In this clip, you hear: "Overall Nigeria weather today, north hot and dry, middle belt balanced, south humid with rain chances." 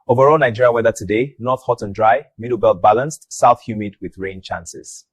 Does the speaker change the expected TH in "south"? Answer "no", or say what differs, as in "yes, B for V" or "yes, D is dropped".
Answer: no